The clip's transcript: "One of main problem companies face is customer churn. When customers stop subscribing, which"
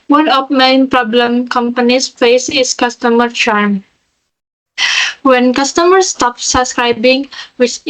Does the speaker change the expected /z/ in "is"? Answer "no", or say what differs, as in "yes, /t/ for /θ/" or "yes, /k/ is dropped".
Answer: yes, /s/ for /z/